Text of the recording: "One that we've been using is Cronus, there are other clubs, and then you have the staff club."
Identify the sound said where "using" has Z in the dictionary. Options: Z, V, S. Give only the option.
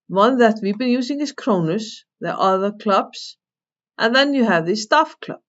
S